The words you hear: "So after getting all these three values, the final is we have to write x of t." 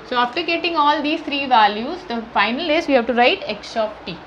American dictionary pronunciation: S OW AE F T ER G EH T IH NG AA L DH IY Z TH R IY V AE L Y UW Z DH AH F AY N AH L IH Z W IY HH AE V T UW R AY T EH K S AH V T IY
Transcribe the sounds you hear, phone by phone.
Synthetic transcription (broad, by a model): S OW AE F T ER G EH T IH NG AA L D IY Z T R IY V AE L Y UW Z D AH F AY N AH L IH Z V IY HH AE V T UW R AY T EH K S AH P T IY